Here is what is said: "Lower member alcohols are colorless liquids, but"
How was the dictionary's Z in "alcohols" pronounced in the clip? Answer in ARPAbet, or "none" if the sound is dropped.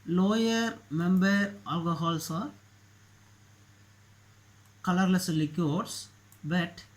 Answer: S